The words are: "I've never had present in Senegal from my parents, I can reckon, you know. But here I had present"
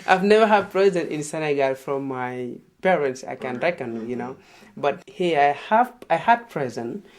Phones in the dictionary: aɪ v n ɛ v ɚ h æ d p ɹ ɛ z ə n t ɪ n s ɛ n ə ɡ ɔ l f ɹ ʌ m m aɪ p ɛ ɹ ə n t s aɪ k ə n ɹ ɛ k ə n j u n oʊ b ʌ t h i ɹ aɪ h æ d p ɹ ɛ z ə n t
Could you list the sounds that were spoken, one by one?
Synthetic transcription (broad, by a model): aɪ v n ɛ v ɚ h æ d p ɹ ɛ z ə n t ɪ n s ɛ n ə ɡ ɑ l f ɹ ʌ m m aɪ p ɛ ɹ ə n t s aɪ k ə n ɹ ɛ k ə n j u n oʊ b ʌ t h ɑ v aɪ h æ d p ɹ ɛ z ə n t